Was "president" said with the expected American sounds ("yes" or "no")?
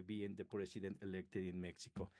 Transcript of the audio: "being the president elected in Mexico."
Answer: no